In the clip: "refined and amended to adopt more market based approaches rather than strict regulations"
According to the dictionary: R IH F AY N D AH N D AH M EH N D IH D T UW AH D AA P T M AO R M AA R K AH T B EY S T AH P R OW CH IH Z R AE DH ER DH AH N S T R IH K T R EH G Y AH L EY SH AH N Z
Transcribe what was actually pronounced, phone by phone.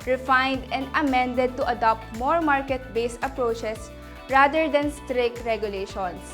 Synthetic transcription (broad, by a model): R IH F AY N D AH N D AH M EH N D IH D T UW AH D AA P T M AO R M AA R K AH T B EY S AH P R OW CH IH S R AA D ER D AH N S T R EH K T R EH G Y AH L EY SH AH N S